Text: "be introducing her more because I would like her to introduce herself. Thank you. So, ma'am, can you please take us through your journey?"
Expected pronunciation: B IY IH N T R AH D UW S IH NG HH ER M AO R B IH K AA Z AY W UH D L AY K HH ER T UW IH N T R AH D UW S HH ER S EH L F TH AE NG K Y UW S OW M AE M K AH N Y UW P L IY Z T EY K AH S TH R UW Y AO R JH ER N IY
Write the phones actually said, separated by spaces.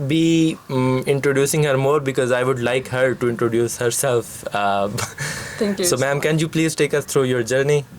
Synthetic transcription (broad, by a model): B IY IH N T R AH D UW S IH NG HH ER M AO R B IH K AA Z AY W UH D L AY K HH ER T UW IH N T R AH D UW S HH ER S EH L F T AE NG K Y S OW M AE M K AH N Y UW P L IY Z T EY K AH S T R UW Y AO R JH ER N IY